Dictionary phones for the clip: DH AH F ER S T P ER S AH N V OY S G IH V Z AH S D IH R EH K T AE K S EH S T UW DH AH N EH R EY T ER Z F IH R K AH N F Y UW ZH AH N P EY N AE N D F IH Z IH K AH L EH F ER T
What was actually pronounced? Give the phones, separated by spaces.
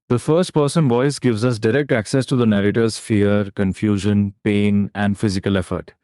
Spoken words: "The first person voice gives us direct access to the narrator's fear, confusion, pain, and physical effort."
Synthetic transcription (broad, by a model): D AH F ER S T P ER S AH N V OY S G IH V Z AH S D IH R EH K T AE K S EH S T UW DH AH N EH R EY T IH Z F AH R K AH N F Y UW ZH AH N P EY N AE N D F IH Z IH K AH L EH F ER T